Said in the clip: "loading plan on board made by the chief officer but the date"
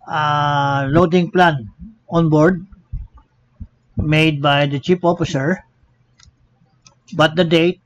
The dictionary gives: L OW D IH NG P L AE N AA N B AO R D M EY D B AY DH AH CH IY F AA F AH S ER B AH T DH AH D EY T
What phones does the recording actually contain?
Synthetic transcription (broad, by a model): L OW D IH NG P L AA N AA N B AO R D M EY D B AY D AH CH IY P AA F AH S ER B AH T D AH D EY T